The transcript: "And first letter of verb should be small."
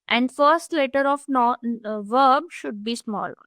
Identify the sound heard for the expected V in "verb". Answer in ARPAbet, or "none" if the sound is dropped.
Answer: V